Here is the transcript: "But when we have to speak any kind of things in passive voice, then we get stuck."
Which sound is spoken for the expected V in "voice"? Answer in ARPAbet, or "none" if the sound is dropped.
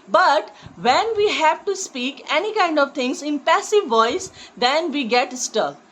V